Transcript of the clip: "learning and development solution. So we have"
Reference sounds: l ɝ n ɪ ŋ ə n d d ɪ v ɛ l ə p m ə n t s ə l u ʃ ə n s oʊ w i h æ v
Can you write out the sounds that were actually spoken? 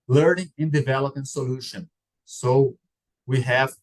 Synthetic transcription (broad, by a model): l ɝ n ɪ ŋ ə n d d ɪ v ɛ l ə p ə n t s ə l u ʃ ə n s oʊ w i h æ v